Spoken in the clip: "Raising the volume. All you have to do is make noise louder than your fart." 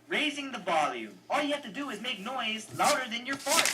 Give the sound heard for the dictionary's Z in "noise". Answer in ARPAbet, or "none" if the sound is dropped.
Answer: Z